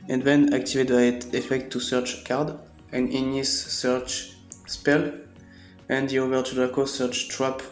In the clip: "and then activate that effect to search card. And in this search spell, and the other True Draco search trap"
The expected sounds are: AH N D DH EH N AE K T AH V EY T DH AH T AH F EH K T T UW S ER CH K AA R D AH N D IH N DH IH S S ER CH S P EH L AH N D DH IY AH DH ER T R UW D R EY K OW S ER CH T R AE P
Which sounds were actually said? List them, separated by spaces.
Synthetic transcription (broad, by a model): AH N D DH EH N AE K T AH V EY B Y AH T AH F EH K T T UW S ER CH K AA R D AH N IH N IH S S ER CH S P EH L AH N D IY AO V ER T UW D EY K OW S ER CH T R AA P